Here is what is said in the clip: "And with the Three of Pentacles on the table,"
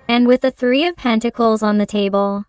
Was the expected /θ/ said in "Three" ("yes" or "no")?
yes